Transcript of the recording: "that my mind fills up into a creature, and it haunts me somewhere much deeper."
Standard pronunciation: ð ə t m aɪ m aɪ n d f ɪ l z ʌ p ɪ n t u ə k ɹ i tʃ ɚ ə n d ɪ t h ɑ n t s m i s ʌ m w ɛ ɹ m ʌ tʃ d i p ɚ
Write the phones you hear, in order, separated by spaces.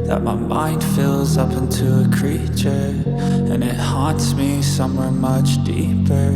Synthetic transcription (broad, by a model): ð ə t m aɪ m aɪ n d f ɪ l z ʌ p ɪ n t u ə k ɹ i tʃ ɚ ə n ɪ t h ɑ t s m i s ʌ m w ɛ ɹ m ʌ tʃ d i p ɚ